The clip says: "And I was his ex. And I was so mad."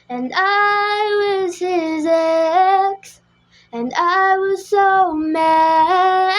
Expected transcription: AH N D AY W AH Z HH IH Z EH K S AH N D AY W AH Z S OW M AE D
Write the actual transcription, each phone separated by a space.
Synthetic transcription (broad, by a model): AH N AY W AH Z HH IH Z EH K S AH N AY W AH Z S OW M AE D